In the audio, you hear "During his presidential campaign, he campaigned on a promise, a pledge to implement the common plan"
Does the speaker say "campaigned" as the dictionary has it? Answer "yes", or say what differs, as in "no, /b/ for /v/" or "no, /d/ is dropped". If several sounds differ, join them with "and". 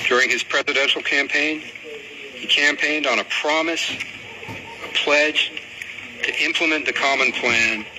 yes